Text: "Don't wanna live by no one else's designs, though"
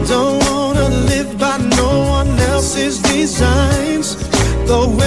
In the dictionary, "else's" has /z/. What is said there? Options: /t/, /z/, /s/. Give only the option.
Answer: /z/